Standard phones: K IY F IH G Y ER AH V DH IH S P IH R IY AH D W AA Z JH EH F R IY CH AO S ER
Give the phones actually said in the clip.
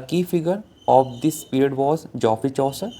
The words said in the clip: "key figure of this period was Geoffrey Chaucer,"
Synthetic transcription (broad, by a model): K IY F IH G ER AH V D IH S P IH R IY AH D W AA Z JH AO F IY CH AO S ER